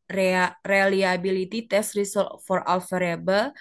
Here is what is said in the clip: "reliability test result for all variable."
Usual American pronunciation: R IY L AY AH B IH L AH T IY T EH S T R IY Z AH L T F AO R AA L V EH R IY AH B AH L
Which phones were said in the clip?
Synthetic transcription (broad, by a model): R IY L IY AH B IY L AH T IY T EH S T R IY S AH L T F AO R AA L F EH R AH B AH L